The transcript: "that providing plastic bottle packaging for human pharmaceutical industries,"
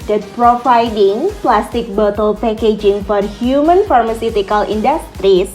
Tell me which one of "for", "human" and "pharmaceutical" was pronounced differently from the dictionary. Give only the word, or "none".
none